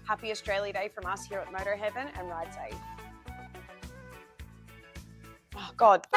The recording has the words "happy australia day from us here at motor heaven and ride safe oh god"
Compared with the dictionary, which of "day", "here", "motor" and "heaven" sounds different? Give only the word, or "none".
none